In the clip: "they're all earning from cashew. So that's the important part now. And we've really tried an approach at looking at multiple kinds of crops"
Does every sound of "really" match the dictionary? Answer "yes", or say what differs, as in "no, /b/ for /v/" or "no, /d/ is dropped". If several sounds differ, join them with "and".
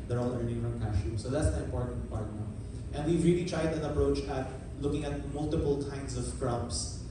yes